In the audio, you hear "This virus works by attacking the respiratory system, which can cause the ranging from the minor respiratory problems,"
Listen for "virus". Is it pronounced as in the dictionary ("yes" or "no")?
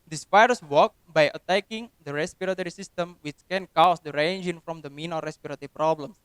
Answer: no